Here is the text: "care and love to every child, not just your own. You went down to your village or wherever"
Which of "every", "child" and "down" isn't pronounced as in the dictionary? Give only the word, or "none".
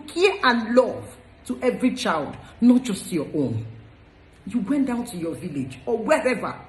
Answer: none